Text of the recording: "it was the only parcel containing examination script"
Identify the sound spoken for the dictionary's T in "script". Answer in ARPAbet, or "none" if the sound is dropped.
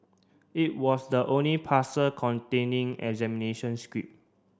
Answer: none